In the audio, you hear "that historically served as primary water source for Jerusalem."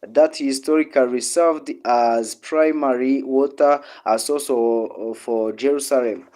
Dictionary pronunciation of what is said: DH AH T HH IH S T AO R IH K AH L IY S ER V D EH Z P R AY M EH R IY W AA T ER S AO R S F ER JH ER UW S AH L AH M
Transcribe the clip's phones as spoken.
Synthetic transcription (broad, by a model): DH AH T HH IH S T AO R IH K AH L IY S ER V D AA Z P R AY M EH R IY W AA T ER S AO L S F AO JH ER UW S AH L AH M